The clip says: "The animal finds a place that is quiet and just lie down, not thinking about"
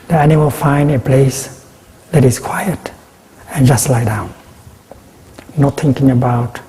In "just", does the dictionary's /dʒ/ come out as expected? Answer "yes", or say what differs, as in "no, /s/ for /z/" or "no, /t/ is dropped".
yes